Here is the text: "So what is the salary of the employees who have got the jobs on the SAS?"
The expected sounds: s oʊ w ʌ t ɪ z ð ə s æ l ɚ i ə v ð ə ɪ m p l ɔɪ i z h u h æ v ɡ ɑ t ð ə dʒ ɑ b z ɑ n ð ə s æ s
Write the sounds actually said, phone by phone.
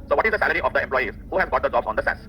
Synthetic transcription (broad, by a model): s oʊ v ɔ t ɪ z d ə s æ l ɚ i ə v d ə ɪ m p l ɔɪ i z h u h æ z ɡ ɑ t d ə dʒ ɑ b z ɑ n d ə s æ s